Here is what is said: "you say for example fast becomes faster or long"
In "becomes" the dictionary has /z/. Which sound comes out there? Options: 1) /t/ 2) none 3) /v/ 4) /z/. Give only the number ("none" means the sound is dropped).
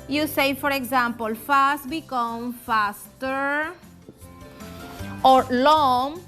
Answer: 2